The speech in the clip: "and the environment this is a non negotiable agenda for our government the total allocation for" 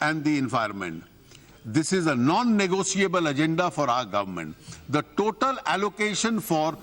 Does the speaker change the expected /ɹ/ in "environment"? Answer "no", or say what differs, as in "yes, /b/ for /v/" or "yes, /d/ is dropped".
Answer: yes, /ɹ/ is dropped